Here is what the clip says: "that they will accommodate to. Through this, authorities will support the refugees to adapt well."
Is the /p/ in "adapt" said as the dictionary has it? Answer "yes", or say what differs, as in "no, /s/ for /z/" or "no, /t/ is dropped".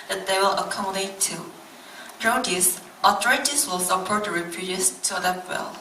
no, /p/ is dropped